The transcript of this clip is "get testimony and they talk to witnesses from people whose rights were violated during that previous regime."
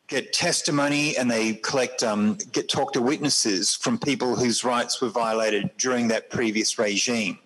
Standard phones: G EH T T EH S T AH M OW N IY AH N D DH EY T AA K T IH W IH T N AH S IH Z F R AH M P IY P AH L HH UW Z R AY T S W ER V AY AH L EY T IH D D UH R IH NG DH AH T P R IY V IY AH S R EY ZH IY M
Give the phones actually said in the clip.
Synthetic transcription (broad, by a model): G EH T T EH S T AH M OW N IY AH N DH EY T AA K T IH W IH T N AH S IH Z F R AH M P IY P AH L HH UW Z R AY T S W ER V AY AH L EY T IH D D UH R IH NG DH AH T P R IY V IY AH S R EY ZH IY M